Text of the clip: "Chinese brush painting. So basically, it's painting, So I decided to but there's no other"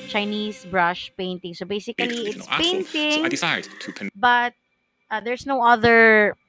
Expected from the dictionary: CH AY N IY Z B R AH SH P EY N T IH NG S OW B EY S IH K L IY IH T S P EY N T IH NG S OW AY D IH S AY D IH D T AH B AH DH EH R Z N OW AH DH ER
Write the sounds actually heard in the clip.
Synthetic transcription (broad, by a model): CH AY N IY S B R AH SH P EY N T IH NG S OW B EY S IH K L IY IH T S P EY N T IH NG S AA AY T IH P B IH T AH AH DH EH R S N OW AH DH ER